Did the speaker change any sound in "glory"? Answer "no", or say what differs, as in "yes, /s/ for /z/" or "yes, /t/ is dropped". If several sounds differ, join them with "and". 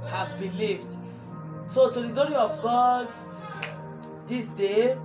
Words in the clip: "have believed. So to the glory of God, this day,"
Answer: yes, /l/ is dropped